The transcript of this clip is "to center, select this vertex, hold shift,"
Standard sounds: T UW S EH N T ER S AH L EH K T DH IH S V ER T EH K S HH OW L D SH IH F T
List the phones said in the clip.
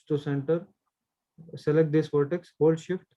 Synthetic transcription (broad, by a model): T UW S EH N T ER S AH L EH K T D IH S P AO T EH K S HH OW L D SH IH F T